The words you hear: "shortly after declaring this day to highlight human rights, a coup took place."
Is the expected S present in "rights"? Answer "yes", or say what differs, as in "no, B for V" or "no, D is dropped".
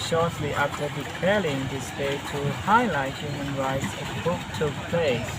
yes